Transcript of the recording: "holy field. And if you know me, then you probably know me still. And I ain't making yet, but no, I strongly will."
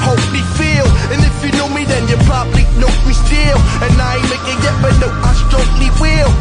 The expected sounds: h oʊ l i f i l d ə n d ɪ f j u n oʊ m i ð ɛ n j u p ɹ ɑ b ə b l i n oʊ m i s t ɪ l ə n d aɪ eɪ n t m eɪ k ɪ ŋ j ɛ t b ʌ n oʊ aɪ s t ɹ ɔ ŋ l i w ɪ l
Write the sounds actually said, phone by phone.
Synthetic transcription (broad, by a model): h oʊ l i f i l ə n ɪ f j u n oʊ m i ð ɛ n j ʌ p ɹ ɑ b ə l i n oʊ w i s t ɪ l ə n aɪ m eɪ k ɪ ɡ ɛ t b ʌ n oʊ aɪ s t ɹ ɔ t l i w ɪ l